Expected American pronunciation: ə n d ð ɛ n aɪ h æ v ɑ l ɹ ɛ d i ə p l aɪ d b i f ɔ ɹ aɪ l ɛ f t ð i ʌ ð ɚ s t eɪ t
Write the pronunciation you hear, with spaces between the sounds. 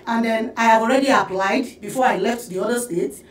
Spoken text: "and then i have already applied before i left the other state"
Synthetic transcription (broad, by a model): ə n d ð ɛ n aɪ h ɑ v ɑ l ɹ ɛ d i ə p l aɪ d b i f ɔ ɹ aɪ l ɛ f t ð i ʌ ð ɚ s t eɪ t